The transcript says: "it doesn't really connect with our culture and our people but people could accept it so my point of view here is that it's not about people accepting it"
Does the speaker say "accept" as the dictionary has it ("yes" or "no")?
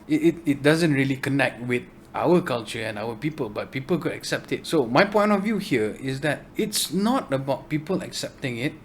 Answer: yes